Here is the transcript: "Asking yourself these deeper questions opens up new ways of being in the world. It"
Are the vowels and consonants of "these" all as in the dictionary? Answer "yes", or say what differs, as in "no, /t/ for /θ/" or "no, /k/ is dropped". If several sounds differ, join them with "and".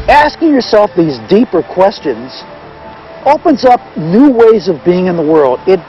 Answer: yes